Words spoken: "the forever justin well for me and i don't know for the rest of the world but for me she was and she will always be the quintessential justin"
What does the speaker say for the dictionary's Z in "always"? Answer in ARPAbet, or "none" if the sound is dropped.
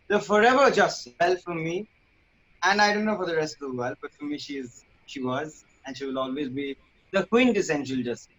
Z